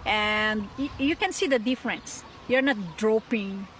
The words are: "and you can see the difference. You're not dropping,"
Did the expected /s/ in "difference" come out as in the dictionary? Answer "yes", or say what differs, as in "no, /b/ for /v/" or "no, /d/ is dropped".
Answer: yes